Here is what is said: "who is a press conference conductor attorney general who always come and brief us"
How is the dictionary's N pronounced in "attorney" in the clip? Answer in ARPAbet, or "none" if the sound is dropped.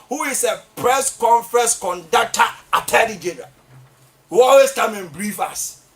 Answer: L